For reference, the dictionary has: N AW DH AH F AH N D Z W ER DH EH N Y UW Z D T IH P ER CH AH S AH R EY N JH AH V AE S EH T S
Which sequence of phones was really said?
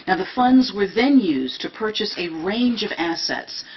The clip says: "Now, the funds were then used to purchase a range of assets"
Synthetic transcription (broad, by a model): N AW DH AH F AH N D Z W ER DH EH N Y UW Z T IH P ER CH AH S AH R EY N JH AH V AE S EH T S